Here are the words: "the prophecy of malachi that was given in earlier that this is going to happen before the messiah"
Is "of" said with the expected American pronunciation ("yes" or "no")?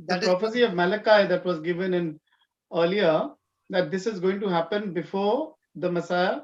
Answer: yes